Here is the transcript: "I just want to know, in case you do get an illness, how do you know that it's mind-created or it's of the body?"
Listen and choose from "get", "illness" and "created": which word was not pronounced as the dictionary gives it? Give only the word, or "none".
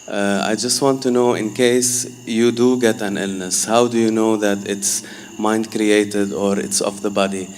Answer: none